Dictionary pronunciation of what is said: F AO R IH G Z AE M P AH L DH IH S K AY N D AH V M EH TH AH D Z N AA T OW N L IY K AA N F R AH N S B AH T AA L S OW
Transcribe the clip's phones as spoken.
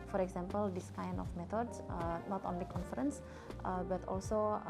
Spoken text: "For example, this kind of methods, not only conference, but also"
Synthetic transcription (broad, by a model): F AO R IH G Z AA M P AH L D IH S K AY N AH F M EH T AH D S N AA T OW N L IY K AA N F R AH N S B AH T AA L S OW